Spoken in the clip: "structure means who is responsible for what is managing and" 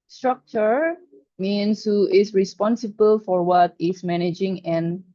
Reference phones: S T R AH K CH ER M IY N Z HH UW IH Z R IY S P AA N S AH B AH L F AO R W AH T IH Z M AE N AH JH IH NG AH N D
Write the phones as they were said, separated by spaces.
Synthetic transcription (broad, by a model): S T R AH K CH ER M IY N S HH UW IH S R IY S P AA N S AH B AH L F AO R W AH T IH S M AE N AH JH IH NG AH N